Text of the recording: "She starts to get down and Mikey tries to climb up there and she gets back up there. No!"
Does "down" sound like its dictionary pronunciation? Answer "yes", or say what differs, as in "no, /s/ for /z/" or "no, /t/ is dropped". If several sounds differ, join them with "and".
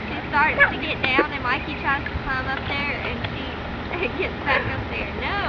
yes